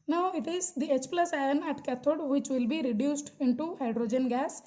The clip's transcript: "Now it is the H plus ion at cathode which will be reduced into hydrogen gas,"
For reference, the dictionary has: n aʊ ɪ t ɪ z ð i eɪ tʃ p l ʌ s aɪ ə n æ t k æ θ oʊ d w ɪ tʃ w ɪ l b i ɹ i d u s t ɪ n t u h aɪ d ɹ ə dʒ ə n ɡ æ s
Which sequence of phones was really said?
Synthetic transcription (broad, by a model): n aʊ ɪ t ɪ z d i eɪ tʃ p l ʌ s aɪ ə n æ t k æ t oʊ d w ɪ tʃ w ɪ l b i ɹ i d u s t ɪ n t u h aɪ d ɹ ə dʒ ə n ɡ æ s